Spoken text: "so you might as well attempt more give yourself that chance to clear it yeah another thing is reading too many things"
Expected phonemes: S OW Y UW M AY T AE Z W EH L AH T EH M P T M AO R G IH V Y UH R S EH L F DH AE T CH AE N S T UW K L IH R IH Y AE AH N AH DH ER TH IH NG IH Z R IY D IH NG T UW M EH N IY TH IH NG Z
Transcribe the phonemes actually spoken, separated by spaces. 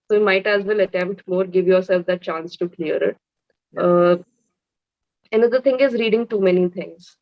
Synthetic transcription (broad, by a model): S OW Y UW M AY T AE Z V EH L AH T EH M P T M AO R G IH V Y UH R S EH L F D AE T CH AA N S T UW K L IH R IH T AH N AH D ER T IH NG IH Z R IY D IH NG T UW M EH N IY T IH NG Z